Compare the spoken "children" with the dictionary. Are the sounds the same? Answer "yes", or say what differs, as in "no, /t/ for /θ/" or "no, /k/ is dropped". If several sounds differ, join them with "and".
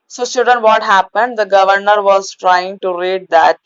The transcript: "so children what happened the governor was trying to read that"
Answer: no, /l/ is dropped and /ɹ/ is dropped